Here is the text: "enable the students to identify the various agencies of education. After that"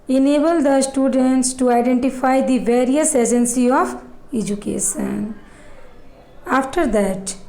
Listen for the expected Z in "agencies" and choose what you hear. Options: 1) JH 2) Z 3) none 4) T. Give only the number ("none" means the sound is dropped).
3